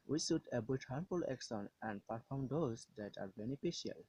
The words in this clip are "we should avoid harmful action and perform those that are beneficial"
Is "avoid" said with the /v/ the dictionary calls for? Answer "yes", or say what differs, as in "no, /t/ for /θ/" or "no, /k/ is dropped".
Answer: no, /b/ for /v/